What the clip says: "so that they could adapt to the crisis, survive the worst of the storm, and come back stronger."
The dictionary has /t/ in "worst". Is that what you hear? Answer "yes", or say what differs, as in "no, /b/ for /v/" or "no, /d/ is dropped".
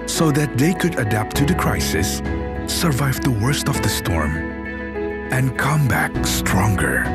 yes